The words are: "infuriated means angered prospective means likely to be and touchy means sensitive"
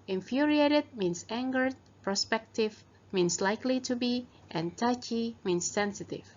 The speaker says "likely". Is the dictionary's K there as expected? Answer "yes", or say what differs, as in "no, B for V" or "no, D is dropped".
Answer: yes